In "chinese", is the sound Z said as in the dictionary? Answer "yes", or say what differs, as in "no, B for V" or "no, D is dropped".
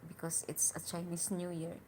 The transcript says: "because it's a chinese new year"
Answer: no, S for Z